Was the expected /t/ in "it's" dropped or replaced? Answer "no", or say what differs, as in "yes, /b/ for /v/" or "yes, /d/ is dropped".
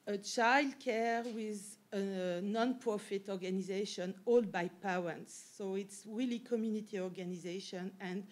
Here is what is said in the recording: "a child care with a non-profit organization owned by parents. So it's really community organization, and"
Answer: no